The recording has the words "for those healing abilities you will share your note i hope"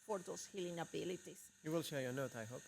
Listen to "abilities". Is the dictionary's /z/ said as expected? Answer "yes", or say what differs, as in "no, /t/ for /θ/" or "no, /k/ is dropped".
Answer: no, /s/ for /z/